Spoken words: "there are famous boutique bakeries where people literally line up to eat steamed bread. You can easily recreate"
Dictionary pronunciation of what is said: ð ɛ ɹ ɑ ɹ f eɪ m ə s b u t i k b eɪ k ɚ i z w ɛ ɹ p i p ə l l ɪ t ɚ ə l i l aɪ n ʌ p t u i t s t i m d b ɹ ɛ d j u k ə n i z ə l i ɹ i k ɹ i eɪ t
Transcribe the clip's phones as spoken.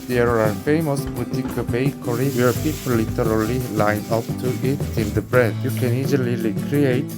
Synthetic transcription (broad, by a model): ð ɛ ɹ ɑ ɹ f eɪ m ə s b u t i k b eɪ k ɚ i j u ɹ p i p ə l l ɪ t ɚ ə l i l aɪ n ʌ p t u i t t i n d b ɹ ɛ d j u k ə n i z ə l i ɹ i k ɹ i eɪ t